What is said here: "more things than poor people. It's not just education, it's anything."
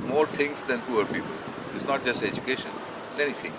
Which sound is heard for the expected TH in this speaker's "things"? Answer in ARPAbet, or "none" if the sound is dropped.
T